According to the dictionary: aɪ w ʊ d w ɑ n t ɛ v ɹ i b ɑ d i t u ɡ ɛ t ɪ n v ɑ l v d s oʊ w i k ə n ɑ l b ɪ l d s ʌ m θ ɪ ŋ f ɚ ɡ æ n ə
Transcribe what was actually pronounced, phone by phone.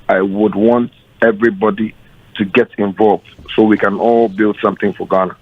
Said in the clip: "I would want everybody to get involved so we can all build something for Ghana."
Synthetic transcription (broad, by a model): aɪ w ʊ d w ɑ n t ɛ v ɹ i b ɑ d i t u ɡ ɛ t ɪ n v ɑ l v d s oʊ w i k ə n ɑ l b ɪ l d s ʌ m θ ɪ ŋ f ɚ ɡ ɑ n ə